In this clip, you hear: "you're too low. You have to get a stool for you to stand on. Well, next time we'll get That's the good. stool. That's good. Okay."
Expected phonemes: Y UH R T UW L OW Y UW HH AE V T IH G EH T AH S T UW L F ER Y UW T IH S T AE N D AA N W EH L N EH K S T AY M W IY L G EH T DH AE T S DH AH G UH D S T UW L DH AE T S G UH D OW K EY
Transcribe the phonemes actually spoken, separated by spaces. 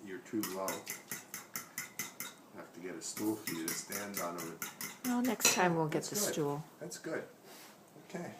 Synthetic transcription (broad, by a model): Y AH R T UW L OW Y HH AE F T IH G EH T AH S T UW L F ER Y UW T IH S T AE N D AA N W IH N N EH K S T AY M W IY L G EH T T DH AH S T UW L DH AE T S G UH D OW K EY